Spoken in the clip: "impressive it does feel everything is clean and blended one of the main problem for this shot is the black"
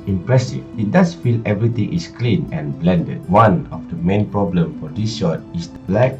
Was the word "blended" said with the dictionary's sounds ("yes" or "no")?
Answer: yes